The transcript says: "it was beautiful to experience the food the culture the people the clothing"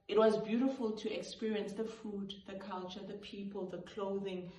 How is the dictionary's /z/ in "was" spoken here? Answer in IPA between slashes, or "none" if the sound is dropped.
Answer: /z/